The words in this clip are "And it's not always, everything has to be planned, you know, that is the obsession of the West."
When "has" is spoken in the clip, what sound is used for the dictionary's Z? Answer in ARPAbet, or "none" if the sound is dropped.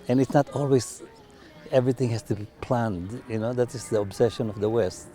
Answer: S